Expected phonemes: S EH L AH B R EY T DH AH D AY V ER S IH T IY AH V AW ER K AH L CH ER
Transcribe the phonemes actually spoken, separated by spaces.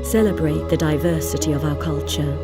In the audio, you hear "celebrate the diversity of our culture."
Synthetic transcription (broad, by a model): S EH L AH B R EY T DH AH D AY V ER S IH T IY AH V AW ER K AH L CH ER